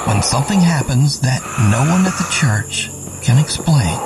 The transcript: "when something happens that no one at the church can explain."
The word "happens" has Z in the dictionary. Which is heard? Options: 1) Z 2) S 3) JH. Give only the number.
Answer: 1